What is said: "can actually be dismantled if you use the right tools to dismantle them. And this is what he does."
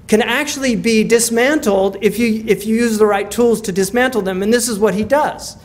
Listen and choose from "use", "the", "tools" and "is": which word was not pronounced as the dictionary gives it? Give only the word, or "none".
none